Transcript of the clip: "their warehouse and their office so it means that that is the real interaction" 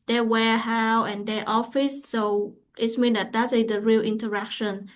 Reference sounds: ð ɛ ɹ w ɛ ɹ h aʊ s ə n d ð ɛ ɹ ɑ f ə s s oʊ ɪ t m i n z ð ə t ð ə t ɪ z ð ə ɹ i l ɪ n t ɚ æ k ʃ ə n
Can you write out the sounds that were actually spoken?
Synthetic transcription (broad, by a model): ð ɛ w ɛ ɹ h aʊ ə n d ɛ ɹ ɑ f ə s s oʊ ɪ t m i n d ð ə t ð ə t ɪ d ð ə ɹ i l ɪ n t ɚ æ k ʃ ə n